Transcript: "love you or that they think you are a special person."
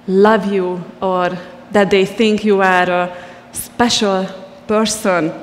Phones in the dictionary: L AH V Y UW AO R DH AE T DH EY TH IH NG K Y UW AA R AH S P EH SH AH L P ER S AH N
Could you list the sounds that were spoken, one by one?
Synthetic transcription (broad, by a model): L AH V Y UW AO R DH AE T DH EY TH IH NG K Y UW AA R AH S P EH SH AH L P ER S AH N